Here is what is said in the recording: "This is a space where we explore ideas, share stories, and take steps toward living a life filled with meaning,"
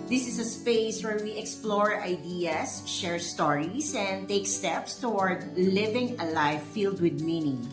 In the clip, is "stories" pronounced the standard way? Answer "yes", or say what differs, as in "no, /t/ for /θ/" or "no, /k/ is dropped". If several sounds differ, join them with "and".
no, /s/ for /z/